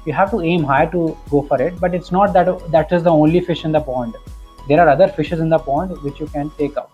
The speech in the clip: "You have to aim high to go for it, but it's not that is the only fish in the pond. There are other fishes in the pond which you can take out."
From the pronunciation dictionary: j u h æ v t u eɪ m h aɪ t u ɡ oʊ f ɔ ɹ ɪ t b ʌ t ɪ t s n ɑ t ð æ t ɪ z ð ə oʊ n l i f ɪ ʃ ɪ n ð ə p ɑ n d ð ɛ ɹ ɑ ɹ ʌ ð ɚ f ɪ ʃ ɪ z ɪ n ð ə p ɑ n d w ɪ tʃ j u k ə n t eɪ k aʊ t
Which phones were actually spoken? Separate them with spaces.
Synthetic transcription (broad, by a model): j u h æ v t u eɪ m h aɪ t u ɡ oʊ f ɔ ɹ ɪ t b ʌ t ɪ t s n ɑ t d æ t ɪ z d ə oʊ n l i f ɪ ʃ ɪ n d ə p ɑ n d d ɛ ɹ ɑ ɹ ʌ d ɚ f ɪ ʃ ɪ z ɪ n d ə p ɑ n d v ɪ tʃ j u k ə n t eɪ k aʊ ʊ